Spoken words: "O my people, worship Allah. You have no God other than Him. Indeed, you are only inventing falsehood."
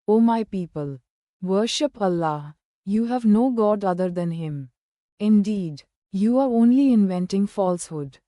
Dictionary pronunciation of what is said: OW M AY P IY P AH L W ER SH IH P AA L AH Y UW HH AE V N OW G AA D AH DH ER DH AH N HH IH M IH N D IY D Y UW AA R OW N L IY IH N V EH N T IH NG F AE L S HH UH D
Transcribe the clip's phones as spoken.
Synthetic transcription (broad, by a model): OW M AY P IY P AH L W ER SH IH P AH L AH Y UW HH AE V N OW G AA D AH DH ER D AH N HH IH M IH N D IY D Y UW AA R OW N L IY IH N V EH N T IH NG F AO L S HH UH D